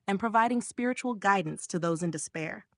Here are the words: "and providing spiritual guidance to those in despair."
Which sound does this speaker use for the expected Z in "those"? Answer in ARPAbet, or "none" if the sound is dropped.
Z